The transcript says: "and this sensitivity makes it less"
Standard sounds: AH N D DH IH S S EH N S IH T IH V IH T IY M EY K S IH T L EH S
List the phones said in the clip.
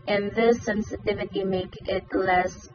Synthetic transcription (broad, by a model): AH N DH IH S S EH N S IH T IH V IH T IY M EY K IH T L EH S